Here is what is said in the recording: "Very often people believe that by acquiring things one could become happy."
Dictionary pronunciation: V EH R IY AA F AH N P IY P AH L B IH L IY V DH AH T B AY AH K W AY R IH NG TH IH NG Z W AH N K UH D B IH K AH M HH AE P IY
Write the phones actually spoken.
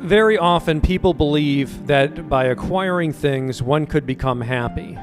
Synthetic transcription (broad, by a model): V EH R IY AA F AH N P IY P L B IH L IY V DH AH T B AY AH K W AY R IH NG TH IH NG Z W AH N K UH D B IH K AH M HH AE P IY